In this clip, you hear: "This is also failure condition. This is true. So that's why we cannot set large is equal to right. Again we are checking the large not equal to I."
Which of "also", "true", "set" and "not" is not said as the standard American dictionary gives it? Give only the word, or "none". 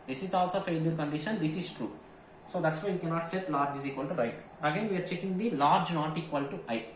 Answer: none